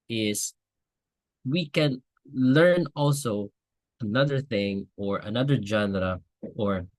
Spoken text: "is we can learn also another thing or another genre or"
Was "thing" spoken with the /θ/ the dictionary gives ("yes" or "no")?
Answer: yes